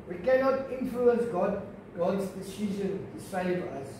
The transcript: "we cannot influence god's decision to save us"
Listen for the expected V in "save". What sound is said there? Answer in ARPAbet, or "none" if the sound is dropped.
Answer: V